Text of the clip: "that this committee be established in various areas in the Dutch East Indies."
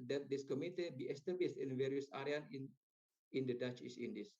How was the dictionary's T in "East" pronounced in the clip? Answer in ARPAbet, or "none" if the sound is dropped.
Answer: none